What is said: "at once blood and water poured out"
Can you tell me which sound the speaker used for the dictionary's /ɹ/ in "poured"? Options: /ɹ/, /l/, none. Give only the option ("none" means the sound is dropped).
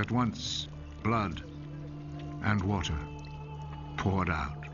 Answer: /ɹ/